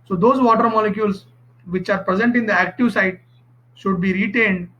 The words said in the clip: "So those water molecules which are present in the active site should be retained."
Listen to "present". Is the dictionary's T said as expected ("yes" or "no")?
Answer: yes